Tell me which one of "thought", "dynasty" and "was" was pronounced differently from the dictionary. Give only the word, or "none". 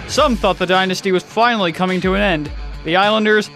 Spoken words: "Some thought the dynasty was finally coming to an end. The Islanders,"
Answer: none